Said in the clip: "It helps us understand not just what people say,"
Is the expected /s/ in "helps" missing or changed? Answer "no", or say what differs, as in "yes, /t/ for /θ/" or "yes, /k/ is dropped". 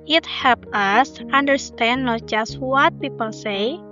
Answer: yes, /s/ is dropped